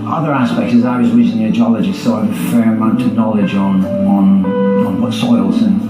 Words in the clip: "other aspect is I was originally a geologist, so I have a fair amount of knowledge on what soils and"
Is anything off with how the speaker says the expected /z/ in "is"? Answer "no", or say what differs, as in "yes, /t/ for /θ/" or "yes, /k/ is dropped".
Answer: no